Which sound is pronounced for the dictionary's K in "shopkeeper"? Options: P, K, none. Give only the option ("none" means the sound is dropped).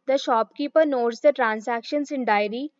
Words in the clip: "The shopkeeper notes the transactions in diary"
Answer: K